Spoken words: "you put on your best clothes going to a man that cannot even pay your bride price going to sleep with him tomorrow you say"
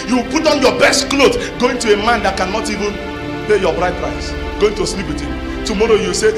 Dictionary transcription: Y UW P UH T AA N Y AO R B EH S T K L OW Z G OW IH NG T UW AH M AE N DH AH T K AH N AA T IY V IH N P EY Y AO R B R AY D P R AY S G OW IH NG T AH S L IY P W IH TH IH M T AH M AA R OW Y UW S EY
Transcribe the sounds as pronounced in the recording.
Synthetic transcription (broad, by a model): Y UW P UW T AA N Y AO B EH S T K L OW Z G OW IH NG T UW AH M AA N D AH T K AH N AA T IY V IH N P EY Y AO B R AY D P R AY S G OW IH NG T AH S L IY P W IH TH IH M T AH M AA R OW Y UW S EY